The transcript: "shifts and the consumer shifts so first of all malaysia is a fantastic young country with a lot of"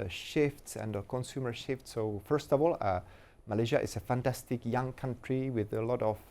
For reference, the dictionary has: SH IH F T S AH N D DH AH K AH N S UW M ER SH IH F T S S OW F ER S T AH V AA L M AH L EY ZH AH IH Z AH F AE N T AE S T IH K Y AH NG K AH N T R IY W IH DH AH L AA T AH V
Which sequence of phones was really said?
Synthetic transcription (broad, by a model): SH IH F T S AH N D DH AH K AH N S UW M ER SH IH F T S S OW F ER S T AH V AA L M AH L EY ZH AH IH S AH F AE N T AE S T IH K Y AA NG K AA N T R IY W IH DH AH L AA T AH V